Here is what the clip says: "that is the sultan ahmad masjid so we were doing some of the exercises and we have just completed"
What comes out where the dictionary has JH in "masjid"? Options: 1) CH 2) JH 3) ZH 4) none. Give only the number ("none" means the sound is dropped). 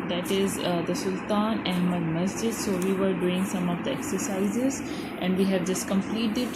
2